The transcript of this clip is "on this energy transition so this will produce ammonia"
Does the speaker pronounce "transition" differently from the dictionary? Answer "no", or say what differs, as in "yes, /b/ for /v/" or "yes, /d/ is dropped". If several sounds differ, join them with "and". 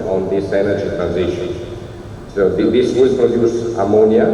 no